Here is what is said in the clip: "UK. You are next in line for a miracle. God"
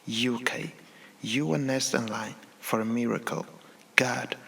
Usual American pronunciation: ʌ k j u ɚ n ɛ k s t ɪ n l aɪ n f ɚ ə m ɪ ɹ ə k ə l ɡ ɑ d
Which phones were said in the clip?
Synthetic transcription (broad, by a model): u k j u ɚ n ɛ s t ɪ n l aɪ n f ɚ ə m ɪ ɹ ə k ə l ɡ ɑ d